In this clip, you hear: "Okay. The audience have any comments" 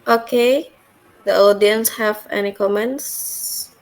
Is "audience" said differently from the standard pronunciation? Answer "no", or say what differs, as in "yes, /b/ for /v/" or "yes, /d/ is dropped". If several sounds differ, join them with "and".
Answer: no